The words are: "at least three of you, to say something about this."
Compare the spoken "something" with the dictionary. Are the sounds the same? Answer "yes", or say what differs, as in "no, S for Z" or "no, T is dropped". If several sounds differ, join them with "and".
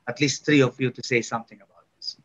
no, T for TH